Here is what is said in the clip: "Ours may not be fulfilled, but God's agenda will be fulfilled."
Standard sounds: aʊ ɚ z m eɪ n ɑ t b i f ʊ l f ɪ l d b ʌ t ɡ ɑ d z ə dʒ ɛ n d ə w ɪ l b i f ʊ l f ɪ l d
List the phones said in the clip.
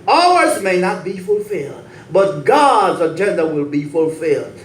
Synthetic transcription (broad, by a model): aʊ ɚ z m eɪ n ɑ t b i f ʊ l f ɪ l d b ʌ t ɡ ɑ d z ə dʒ ɛ n d ə w ɪ l b i f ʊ l f ɪ l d